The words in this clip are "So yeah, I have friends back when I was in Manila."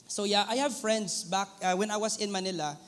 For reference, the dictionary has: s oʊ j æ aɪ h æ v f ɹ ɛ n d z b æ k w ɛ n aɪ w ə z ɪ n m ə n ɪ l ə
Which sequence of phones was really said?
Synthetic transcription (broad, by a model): s oʊ j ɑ aɪ h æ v f ɹ ɛ n d s b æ k w ɛ n aɪ w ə s ɪ n m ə n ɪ l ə